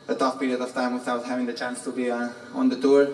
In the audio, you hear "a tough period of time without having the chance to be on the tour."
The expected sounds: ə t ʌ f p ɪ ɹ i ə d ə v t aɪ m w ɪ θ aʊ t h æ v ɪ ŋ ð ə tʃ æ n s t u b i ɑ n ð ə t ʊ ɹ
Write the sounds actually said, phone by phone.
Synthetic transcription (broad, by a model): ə t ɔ p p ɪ ɹ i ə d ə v t aɪ m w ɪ s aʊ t h æ v ɪ ŋ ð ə tʃ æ n s t u b i ɑ n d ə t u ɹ